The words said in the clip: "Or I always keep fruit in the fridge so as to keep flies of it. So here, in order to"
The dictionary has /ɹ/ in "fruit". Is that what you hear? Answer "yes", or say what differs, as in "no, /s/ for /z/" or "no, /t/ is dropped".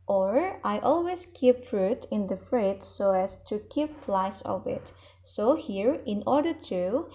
yes